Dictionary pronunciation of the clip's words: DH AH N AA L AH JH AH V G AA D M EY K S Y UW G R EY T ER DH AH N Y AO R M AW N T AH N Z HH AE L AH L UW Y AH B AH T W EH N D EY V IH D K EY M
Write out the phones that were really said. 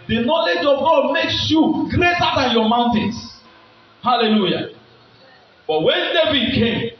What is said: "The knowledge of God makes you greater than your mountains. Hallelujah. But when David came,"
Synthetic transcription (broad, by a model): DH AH N AA L AH JH AH V G AA D M EY K S Y UW G R EY T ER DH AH N Y AO M AW N T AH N S HH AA L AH L UW Y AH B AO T W EH N D EY V IH D K EY M